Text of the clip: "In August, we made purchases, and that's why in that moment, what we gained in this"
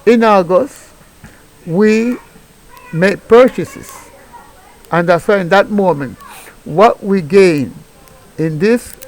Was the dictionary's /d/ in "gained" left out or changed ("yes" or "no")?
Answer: yes